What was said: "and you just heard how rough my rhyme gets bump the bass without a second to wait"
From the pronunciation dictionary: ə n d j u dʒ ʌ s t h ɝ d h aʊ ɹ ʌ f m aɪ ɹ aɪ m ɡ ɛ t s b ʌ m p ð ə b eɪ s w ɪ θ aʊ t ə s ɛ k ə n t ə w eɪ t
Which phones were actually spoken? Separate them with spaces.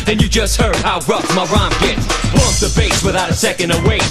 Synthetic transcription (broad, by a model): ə n j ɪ dʒ ʌ s t h ɝ d h aʊ ɹ ʌ f m aɪ ɹ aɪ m ɡ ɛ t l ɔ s ð ə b eɪ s w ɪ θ aʊ t ə s ɛ k ə n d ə w eɪ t